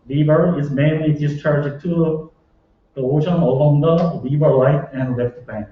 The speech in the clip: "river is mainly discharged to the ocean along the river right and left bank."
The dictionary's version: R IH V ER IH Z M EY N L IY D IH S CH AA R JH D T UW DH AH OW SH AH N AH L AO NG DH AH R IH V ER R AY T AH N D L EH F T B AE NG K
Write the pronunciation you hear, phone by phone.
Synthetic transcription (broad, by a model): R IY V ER IH Z M EY N L IY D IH S CH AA R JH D T UW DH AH OW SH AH N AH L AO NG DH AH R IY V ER L AY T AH N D L EH F T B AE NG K